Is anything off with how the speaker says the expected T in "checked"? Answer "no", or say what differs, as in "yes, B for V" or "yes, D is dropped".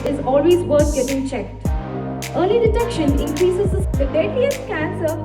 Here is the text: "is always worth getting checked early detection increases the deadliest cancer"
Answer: no